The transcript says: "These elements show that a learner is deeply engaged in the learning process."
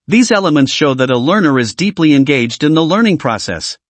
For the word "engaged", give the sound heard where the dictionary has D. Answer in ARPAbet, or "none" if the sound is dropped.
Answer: D